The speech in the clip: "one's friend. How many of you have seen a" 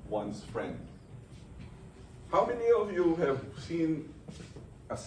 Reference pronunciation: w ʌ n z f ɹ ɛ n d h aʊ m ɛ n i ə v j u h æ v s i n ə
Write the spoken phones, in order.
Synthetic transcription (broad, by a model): w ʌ n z f ɹ ɛ n d h aʊ m ɛ n i ə v j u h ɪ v s i n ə